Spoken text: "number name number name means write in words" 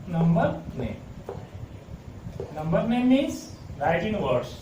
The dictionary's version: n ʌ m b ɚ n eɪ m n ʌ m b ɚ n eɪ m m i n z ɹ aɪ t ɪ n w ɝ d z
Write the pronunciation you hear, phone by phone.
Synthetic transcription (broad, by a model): n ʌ m b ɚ n eɪ m n ʌ m b ɚ n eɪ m m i z ɹ aɪ t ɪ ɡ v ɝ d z